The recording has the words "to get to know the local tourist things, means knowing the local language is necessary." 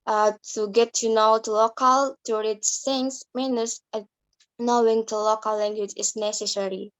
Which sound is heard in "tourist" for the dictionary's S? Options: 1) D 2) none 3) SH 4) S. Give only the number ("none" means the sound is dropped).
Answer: 2